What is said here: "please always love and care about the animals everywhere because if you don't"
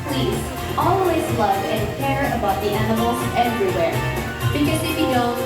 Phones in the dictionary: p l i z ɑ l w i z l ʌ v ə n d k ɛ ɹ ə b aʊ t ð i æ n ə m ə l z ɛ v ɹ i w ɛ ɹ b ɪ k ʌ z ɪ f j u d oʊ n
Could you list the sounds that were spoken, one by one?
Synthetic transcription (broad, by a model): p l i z ɑ l w i z l ʌ v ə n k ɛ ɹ ə b aʊ t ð i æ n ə m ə l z ɛ v ɹ i w ɛ ɹ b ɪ k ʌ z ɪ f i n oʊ